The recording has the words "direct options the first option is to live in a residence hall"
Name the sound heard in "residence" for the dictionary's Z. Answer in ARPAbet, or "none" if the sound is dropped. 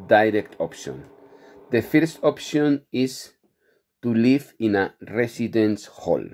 S